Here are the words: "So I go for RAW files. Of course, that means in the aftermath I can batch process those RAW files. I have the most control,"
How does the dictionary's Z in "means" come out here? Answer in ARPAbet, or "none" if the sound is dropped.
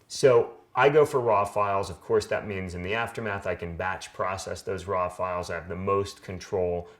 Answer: Z